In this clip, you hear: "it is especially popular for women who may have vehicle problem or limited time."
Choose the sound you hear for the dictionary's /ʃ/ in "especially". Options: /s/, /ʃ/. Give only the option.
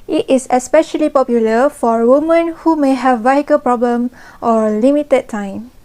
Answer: /ʃ/